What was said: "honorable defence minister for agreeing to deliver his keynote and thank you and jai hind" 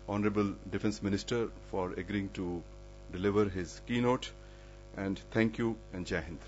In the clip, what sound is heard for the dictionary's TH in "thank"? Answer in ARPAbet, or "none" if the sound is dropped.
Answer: T